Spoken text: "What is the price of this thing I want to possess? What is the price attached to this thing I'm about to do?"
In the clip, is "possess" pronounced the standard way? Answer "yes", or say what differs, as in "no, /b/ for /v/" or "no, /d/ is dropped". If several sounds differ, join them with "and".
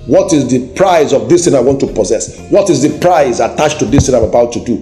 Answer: yes